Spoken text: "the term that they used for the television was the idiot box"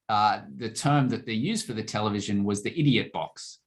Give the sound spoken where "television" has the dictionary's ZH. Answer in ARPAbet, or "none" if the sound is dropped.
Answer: ZH